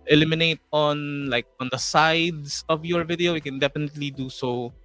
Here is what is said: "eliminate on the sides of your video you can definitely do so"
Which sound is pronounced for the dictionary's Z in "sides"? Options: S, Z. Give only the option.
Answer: S